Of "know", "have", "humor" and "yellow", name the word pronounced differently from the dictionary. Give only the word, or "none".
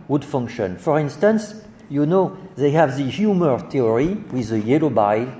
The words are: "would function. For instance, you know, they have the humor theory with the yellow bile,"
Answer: none